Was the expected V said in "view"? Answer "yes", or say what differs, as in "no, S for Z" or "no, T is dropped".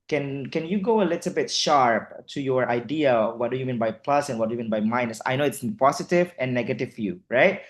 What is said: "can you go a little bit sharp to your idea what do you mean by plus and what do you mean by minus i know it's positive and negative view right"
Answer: no, F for V